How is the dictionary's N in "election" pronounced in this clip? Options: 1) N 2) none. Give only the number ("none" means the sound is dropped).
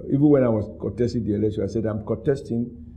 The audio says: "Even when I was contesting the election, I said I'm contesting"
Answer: 2